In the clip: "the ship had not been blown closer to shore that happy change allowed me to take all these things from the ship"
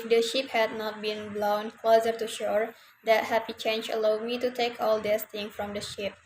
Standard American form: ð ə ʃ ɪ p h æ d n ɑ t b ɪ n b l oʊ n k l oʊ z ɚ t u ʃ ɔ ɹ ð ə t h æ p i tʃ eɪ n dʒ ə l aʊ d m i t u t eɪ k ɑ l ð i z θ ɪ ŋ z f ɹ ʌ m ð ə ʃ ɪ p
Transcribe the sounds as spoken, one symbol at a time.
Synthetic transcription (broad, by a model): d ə ʃ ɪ p h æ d n ɑ t b ɪ n b l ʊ n k l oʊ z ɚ t u ʃ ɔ ɹ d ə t h æ p i tʃ eɪ n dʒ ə l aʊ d m i t u t eɪ k ɑ l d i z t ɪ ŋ f ɹ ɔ m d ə ʃ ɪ p